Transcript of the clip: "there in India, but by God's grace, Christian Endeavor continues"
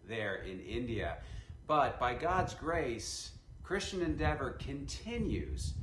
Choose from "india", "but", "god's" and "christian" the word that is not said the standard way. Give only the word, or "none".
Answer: none